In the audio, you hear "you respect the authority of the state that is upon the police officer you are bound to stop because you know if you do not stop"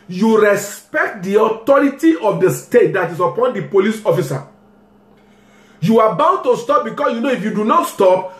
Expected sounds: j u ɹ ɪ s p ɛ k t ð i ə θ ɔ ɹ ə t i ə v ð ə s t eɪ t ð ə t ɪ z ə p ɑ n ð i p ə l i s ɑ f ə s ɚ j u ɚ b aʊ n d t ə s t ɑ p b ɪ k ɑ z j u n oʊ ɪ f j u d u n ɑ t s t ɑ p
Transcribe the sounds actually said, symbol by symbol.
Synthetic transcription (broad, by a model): j u ɹ ɪ s p ɛ k t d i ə t ɔ ɹ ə t i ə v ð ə s t eɪ t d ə t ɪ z ə p ɑ n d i p ə l i s ɑ f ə s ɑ j u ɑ b aʊ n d t ə s t ɑ p b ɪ k ɑ s j u n oʊ ɪ f j u d u n ɑ t s t ɑ p